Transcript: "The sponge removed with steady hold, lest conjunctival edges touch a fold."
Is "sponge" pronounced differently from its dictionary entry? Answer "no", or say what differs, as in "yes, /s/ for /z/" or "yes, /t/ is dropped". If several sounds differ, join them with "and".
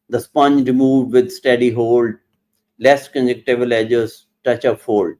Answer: no